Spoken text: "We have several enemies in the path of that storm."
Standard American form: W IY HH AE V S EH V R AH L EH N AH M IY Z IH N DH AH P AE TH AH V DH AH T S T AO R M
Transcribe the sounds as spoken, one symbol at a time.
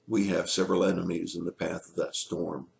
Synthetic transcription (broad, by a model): W IY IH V S EH V R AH L EH N AH M IY Z IH N DH AH P AE TH AH V DH AH T S T AO R M